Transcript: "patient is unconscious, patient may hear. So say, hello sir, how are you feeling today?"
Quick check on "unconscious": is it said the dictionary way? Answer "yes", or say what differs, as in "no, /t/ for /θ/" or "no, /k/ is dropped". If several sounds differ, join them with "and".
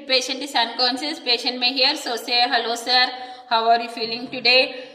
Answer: no, /s/ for /ʃ/